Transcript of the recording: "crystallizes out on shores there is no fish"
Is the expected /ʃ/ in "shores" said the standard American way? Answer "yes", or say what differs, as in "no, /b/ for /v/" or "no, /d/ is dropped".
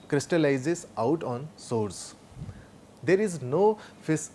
no, /s/ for /ʃ/